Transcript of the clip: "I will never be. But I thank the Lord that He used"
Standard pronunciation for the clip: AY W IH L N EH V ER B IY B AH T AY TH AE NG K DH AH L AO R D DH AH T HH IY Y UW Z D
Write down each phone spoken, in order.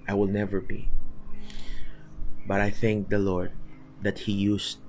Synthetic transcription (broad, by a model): AY W IH L N EH V ER B IY B AH T AY TH AE NG K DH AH L AO R D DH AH T HH IY Y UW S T